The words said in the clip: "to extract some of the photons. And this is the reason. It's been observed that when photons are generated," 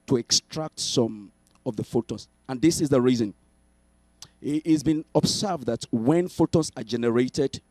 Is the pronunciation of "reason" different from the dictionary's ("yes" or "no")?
no